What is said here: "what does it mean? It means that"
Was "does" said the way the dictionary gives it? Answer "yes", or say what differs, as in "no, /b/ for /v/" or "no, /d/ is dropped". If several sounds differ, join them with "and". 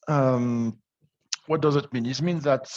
yes